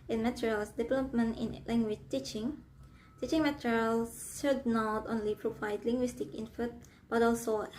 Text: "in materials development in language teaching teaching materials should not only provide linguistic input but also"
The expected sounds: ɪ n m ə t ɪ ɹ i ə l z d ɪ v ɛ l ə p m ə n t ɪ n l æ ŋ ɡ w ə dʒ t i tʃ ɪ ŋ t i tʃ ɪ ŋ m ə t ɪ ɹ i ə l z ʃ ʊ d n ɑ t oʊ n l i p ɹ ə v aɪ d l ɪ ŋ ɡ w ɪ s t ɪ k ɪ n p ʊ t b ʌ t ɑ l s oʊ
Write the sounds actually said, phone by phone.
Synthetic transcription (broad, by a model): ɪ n m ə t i ɹ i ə l s d ɪ v ɛ l ə p m ə n t ɪ n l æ ŋ ɡ w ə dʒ t i tʃ ɪ ŋ t i tʃ ɪ ŋ m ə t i ɹ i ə l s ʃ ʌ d n ɑ t oʊ n l i p ɹ ə v aɪ d l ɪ ŋ ɡ w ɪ s t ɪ k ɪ n f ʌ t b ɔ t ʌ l s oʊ